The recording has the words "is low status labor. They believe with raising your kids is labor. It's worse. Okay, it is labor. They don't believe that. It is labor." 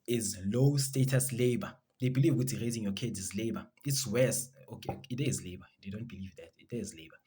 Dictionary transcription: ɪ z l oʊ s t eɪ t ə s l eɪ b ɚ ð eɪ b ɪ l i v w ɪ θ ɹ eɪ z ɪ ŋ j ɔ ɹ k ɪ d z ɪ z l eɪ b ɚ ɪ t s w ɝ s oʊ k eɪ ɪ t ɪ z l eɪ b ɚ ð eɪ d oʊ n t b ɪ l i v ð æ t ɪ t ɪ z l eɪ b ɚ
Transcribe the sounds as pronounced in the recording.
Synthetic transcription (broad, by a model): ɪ z l oʊ s t eɪ t ə s l eɪ b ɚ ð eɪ b ɪ l i v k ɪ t ɹ eɪ z ɪ ŋ j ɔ k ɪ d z ɪ z l eɪ b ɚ ɪ t s w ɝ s oʊ k eɪ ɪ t ɪ z l eɪ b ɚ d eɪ d oʊ n t b ɪ l i v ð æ t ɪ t ɪ z l eɪ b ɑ